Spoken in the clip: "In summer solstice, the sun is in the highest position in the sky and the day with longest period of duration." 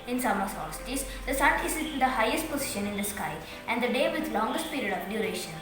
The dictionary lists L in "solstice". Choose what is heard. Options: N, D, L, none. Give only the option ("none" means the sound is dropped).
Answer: none